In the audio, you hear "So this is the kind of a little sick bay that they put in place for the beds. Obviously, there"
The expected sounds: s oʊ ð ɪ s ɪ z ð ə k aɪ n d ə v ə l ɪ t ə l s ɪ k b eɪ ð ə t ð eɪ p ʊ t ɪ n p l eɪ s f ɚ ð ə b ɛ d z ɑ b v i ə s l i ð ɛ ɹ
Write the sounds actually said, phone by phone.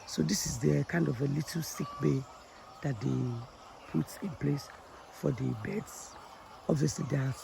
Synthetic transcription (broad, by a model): s oʊ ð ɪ s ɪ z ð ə k aɪ n d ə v ə l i t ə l s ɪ k b eɪ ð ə t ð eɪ p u t ɪ n p l eɪ s f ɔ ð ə b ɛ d s ɑ b v i ə s l i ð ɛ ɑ